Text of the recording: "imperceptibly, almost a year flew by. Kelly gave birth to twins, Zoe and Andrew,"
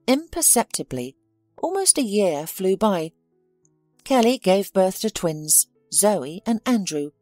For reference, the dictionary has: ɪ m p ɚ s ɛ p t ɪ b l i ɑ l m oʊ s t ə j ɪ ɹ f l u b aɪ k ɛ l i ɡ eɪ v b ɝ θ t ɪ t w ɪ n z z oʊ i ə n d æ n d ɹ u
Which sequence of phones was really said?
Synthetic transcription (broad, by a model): ɪ m p ɚ s ɛ p t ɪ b l i ɑ l m oʊ s t ə j ɪ ɹ f l u b aɪ k ɛ l i ɡ eɪ v b ɝ θ t ɪ t w ɪ n z z oʊ i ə n æ n d ɹ u